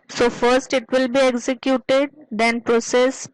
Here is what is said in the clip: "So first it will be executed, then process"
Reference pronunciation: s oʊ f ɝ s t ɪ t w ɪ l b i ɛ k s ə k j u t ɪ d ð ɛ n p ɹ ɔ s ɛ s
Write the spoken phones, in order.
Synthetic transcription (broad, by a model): s oʊ f ɝ s t ɪ t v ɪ l b i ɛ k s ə k j u t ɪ d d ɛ n p ɹ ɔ s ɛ s